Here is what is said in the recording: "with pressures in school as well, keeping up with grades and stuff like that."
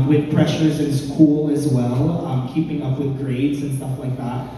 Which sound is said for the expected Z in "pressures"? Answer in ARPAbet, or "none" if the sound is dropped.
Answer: Z